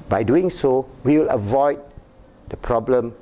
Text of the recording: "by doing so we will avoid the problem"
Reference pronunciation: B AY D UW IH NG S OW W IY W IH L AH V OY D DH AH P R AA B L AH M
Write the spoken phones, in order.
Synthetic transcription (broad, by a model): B AY D UW IH NG S OW W IY W IH L AH V OY D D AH P R AA B L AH M